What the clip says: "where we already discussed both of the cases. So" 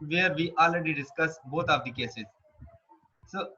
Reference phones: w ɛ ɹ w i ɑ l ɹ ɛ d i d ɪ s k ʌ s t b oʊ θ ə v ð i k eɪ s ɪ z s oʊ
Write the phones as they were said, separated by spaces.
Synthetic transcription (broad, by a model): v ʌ ɹ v i ɑ l ɹ ɛ d i d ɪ s k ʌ s b oʊ t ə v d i k eɪ s ɪ z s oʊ